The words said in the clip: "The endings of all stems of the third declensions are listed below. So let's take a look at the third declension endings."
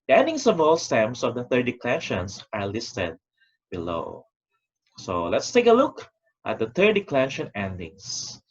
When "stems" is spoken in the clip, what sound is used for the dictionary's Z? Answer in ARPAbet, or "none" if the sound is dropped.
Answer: S